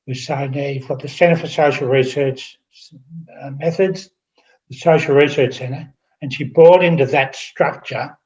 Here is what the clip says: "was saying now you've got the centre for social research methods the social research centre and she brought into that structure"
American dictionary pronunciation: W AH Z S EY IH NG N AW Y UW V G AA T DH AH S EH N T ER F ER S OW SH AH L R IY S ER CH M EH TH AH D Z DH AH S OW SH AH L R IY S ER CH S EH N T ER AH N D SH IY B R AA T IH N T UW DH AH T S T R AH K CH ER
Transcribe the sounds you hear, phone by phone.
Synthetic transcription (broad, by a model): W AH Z S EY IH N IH Y UW V G AA T DH AH S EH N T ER F ER S OW SH L R IY S ER CH M EH TH AH D Z DH AH S OW SH L R IY S ER CH S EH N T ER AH N SH IY B R AA T IH N T UW DH AH T S T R AH K CH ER